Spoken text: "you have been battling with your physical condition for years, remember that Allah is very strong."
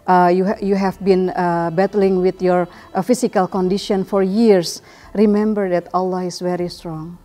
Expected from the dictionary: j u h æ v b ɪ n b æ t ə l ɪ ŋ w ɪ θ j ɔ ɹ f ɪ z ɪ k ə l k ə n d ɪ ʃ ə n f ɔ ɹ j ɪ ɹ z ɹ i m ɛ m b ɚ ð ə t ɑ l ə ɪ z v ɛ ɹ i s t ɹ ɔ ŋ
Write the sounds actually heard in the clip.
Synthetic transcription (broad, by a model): j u h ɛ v b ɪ n b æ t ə l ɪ ŋ w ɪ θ j ɔ ɹ f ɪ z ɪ k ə l k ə n d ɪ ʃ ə n f ɔ ɹ j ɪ ɹ s ɹ i m ɛ m b ɚ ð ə t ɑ l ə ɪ s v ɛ ɹ i s t ɹ ɔ ŋ